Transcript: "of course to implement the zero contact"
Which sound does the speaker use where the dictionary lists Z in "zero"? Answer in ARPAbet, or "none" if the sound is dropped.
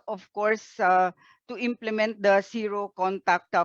S